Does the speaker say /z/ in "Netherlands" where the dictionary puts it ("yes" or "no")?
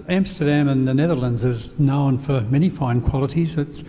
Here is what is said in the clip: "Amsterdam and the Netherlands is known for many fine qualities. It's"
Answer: yes